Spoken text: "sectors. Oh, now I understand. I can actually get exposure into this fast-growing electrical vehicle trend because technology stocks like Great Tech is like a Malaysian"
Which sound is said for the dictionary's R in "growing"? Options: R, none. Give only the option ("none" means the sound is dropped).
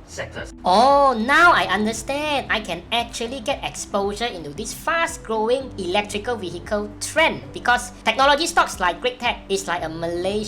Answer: R